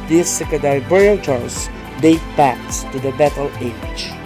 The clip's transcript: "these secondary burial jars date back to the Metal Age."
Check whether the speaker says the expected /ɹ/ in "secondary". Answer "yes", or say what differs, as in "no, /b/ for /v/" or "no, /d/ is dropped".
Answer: no, /ɹ/ is dropped